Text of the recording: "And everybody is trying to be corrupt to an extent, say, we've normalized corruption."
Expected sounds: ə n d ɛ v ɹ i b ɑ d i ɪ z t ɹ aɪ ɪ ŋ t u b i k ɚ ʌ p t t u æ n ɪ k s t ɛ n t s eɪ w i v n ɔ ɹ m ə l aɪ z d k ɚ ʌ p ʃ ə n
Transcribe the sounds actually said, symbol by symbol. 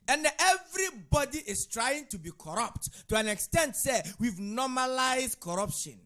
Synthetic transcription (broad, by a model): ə n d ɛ v ɹ i b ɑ d i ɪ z t ɹ aɪ ɪ ŋ t u b i k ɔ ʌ p t t u æ n ɪ k s t ɛ n t s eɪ w i v n ɔ m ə l aɪ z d k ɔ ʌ p ʃ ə n